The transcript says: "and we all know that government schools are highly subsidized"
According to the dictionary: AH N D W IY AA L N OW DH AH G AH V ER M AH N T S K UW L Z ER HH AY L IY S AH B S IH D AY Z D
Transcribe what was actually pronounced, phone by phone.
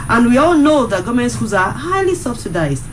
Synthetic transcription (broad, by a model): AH N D W IY AA L N OW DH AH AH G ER M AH N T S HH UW Z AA HH AY L IY S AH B S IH D AY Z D